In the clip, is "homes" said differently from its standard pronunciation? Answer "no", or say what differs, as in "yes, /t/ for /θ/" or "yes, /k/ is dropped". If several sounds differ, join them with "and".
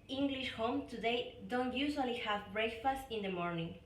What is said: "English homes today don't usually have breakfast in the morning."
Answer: yes, /z/ is dropped